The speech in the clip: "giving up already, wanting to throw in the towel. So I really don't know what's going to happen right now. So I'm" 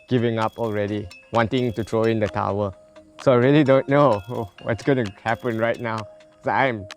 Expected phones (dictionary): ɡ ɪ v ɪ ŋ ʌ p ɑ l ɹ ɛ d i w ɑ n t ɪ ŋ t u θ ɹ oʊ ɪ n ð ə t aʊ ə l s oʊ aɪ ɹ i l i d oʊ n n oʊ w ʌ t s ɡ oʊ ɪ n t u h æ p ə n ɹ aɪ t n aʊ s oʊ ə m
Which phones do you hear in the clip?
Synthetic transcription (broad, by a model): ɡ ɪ v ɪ ŋ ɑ p ɑ l ɹ ɛ d i w ɑ n t ɪ ŋ t u t ɹ oʊ ɪ n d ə t aʊ ə s oʊ aɪ ɹ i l i d oʊ n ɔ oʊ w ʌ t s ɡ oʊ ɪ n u h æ p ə n ɹ aɪ t n aʊ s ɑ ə m